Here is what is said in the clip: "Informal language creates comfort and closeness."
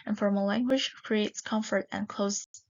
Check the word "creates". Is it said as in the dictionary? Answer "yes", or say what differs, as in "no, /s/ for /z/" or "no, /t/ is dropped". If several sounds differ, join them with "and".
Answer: yes